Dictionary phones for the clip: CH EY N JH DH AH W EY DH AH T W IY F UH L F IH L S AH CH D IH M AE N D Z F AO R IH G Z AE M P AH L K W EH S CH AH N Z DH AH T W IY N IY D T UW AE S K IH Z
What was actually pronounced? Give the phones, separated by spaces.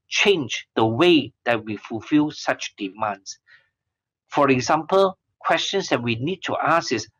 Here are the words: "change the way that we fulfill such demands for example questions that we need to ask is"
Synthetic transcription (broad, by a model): CH EY N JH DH AH W EY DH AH T W IY F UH L F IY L S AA CH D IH M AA N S F AO R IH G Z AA M P AH L K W EH S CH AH N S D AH T W IY N IY D T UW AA S IH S